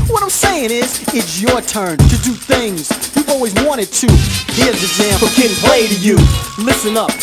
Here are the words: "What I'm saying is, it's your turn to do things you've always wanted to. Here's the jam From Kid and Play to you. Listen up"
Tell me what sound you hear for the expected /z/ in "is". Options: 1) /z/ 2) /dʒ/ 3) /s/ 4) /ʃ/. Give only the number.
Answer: 1